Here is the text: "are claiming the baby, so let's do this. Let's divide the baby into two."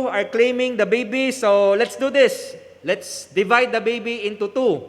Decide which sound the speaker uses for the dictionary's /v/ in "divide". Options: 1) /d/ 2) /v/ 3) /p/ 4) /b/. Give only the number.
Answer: 2